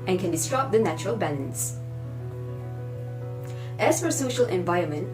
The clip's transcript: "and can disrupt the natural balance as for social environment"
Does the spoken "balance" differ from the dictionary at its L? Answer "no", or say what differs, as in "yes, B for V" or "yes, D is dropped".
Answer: yes, N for L